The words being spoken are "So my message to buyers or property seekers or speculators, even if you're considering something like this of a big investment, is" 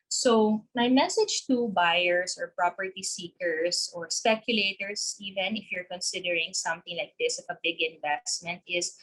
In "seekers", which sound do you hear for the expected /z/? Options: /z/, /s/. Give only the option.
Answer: /s/